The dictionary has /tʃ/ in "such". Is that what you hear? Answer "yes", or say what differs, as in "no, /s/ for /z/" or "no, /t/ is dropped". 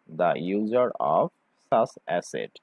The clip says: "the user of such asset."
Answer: no, /s/ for /tʃ/